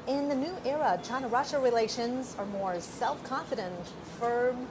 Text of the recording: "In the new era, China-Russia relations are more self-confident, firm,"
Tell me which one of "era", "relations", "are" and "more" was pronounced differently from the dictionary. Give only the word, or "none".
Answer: none